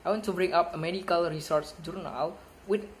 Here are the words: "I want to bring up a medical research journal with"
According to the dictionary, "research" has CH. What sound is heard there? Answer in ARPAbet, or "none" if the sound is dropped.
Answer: S